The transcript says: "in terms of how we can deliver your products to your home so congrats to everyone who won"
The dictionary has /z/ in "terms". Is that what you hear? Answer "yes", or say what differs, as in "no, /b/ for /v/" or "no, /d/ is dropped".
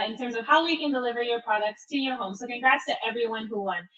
yes